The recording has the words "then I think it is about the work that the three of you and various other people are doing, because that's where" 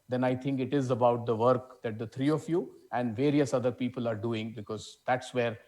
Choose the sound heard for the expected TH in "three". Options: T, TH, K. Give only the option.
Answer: T